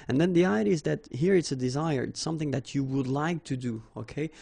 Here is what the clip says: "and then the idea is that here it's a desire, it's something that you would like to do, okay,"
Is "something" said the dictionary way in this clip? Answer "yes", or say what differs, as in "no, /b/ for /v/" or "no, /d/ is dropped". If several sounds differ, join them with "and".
yes